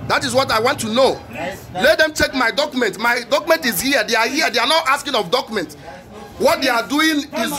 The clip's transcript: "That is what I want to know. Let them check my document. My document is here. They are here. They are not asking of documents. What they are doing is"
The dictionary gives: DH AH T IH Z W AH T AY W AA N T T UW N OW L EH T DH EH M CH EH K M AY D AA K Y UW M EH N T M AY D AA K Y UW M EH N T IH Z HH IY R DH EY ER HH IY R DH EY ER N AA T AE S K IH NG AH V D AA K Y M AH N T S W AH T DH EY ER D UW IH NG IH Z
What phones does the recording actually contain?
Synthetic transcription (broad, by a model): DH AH T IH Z W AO T AY W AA N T T UW N OW L EH T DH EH M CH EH K M AY D AA K Y UW M EH N T M AY D AA K Y UW M EH N T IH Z HH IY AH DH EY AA HH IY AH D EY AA N AA T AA S K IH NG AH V D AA K Y M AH N T W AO T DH EY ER D UW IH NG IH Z